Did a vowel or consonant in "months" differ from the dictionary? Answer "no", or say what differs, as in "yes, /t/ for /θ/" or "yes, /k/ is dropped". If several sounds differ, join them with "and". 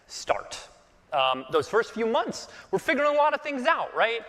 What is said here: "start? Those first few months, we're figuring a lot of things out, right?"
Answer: no